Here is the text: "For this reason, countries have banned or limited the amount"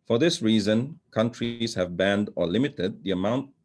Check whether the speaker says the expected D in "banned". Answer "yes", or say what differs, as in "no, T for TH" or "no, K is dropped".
yes